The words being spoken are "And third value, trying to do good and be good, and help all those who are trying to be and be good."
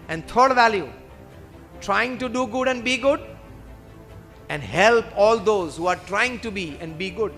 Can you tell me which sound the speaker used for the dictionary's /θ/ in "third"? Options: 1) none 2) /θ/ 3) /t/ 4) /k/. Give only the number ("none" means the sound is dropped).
3